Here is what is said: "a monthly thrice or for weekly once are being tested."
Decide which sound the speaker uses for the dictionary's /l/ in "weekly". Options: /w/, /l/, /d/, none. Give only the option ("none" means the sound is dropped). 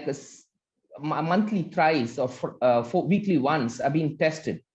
/l/